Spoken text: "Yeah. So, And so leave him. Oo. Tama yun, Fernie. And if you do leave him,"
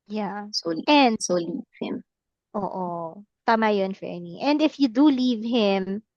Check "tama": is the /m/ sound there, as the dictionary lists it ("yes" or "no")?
yes